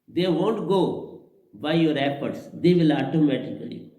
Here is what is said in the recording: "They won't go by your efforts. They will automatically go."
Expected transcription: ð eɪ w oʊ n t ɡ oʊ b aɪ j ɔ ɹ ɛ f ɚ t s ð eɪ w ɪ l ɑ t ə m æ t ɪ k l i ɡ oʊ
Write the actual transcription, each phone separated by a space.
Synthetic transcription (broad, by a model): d eɪ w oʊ n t ɡ oʊ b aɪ j ɔ ɹ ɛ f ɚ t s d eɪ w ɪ l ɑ t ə m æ t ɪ k i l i